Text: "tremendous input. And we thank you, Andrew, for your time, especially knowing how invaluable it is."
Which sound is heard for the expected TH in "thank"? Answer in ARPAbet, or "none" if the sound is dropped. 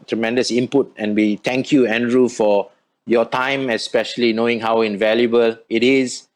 T